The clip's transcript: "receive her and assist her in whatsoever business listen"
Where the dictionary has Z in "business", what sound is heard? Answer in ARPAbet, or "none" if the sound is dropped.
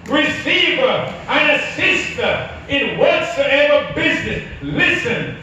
Z